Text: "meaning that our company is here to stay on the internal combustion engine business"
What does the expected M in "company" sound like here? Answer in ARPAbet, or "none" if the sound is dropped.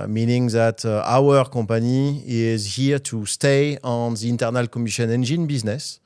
none